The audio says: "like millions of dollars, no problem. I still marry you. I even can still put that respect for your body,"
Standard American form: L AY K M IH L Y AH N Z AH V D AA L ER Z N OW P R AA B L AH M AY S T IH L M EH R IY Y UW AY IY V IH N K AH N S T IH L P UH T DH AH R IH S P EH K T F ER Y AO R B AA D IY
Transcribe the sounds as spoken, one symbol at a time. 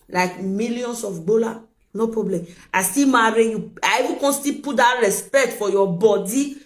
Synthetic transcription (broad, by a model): L AY K M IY L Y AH N S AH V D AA L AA N OW P R AA B L AH M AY S T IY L M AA R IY Y UW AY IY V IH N K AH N S T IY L P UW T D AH R IH S P EH K T F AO Y AO B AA D IY